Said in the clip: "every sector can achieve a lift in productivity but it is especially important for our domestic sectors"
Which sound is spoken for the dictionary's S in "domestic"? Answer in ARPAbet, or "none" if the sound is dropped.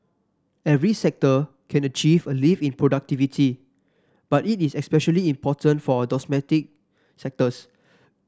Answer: none